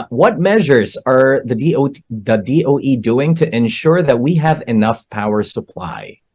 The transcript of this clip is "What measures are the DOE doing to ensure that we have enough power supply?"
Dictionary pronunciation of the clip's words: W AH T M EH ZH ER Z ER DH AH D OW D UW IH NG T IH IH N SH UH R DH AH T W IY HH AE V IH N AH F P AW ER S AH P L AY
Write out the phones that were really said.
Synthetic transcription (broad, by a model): W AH T M EH ZH ER Z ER DH AH D OW D UW IH NG T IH IH N SH UH R DH AH T W IY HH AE V IH N AH F P AW ER S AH P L AY